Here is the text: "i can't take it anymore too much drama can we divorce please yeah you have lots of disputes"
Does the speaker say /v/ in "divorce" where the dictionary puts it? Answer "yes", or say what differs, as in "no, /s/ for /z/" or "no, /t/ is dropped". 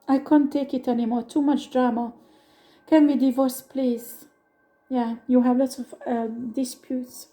yes